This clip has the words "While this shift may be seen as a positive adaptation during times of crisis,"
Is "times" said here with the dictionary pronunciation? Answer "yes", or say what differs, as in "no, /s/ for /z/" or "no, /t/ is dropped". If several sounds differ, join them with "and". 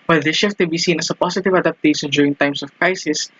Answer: no, /s/ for /z/